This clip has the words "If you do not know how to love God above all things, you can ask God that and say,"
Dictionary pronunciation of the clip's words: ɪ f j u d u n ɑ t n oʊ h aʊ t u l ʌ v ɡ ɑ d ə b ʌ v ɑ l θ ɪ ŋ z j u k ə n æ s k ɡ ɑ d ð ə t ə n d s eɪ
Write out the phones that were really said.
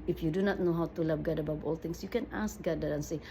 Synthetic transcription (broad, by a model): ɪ f j u d u n ɑ t n oʊ h aʊ t u l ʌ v ɡ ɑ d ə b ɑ w ɑ l t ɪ ŋ s j u k ə n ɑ s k ɡ ɑ d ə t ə n s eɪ